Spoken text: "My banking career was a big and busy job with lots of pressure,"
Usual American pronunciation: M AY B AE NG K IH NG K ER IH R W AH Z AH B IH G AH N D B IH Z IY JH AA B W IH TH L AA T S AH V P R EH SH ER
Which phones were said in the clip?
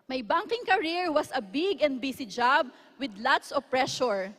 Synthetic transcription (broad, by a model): M AY B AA NG K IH NG K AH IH R W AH S AH B IH G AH N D B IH S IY JH AA B W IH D L AA T S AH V P R EH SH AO